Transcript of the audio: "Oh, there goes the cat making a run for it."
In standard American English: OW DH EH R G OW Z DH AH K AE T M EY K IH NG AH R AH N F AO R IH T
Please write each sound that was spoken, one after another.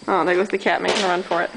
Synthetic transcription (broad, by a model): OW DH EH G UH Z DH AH K AE T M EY IH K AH R AH N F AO R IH T